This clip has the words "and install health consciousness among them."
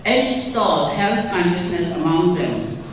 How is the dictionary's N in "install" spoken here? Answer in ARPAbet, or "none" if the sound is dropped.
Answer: none